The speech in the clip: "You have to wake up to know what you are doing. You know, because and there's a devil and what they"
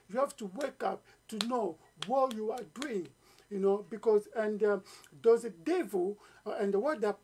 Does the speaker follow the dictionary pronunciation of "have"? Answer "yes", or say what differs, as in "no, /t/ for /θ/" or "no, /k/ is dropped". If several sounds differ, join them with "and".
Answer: no, /f/ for /v/